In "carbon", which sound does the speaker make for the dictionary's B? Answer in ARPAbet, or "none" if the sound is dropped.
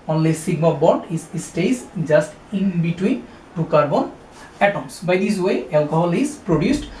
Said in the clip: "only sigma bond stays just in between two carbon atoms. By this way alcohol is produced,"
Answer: B